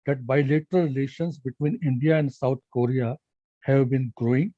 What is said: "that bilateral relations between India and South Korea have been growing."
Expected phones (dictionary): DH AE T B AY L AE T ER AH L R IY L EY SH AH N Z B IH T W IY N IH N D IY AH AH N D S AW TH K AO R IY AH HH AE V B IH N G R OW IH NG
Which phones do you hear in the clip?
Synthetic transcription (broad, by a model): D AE T B AY L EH T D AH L R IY L EY SH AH N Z B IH T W IY N IH N D IY AH AH N D S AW T K AO R IY AH HH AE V B IH N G R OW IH NG